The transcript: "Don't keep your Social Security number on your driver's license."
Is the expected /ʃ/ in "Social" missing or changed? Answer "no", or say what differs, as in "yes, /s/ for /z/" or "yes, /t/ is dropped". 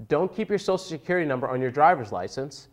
yes, /ʃ/ is dropped